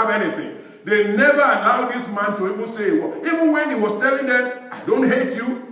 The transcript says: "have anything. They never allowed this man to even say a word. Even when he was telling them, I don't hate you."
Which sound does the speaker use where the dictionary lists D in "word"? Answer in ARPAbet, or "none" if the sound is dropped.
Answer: none